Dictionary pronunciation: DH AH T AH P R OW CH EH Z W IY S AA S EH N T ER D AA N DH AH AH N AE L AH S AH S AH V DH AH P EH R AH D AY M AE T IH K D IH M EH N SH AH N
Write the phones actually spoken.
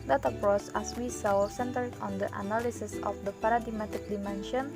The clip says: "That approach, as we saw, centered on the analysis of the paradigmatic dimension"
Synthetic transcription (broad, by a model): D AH T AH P R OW S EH S W IY S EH S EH N T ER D AA N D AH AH N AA L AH S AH S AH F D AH P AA R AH D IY M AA T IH K D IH M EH N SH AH N